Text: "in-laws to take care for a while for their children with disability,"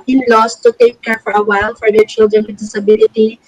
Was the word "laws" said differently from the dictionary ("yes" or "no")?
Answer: yes